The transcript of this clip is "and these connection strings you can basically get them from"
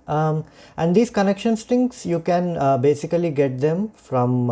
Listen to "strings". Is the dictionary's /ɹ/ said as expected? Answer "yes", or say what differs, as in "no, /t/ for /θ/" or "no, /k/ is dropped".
no, /ɹ/ is dropped